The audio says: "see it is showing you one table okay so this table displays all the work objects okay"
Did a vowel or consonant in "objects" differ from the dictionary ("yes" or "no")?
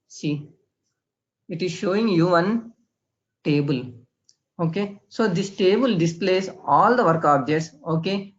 yes